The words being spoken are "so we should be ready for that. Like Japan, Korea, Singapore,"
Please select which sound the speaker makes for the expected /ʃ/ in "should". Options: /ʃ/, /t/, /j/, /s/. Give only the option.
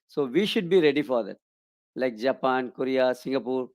/ʃ/